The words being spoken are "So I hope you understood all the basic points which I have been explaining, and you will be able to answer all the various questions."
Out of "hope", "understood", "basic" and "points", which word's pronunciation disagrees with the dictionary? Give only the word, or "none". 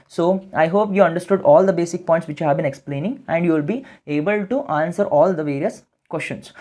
points